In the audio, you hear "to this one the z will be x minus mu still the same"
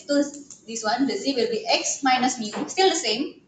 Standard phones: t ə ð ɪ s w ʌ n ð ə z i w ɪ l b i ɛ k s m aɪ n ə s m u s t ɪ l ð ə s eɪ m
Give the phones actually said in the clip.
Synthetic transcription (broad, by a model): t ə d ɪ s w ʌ n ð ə s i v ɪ l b i ɛ k s m aɪ n ə s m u s t ɪ l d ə s eɪ m